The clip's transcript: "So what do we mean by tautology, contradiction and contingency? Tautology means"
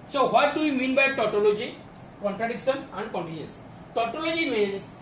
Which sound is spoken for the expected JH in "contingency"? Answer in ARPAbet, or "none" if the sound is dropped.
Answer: none